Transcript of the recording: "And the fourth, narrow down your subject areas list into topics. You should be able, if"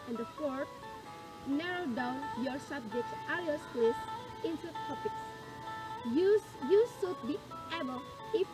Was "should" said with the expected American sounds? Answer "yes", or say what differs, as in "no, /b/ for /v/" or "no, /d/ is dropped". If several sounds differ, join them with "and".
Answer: no, /s/ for /ʃ/